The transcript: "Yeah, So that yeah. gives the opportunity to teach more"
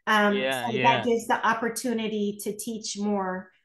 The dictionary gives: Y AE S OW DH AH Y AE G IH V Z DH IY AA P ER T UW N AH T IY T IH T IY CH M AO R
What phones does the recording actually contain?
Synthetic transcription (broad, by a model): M S OW DH AH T G IH V Z DH IY AA P ER T UW N AH T IY T IH T IY CH M AO R